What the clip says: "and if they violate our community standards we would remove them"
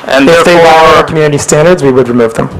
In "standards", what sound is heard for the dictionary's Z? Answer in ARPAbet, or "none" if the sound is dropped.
Z